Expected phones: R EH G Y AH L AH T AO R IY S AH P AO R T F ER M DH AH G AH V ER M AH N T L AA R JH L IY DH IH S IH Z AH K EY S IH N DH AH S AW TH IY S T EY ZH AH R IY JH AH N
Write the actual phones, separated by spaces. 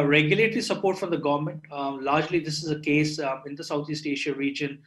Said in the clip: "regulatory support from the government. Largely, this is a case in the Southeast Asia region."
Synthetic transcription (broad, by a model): R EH G Y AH L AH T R IY S AH P AO R T F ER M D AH G AH V ER M AH N T L AA R JH L IY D IH S IH Z AH K EY S IH N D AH S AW T IY S T EY SH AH R IY JH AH N